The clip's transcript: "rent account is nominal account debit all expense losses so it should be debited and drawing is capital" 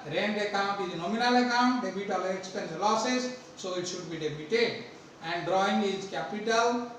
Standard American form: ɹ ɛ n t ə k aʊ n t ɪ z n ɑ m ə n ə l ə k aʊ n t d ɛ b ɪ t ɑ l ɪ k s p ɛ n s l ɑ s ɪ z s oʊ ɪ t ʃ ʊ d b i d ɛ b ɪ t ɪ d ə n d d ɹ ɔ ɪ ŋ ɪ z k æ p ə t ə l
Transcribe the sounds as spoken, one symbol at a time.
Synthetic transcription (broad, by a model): ɹ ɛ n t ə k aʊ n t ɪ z n ɑ m ə n ə l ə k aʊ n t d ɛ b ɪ t ɑ l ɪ k s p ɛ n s l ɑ s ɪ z s oʊ ɪ t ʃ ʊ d b i d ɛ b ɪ t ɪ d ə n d d ɹ ɔ ɪ ŋ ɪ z k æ p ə t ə l